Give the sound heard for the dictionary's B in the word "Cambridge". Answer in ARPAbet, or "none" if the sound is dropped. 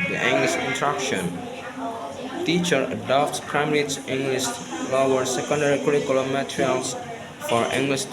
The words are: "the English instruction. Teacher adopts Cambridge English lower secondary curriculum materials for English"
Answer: none